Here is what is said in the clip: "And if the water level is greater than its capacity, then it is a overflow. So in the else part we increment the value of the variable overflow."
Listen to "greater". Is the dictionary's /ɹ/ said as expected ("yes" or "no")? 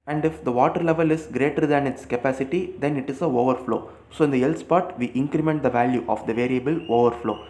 yes